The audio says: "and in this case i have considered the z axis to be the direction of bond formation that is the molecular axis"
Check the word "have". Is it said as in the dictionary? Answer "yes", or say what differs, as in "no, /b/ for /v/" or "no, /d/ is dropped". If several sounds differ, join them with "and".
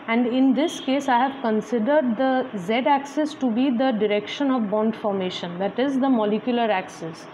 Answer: yes